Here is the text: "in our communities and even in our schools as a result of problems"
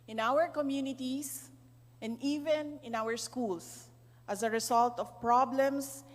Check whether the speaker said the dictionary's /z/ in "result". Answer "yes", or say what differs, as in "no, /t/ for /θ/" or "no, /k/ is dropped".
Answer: no, /s/ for /z/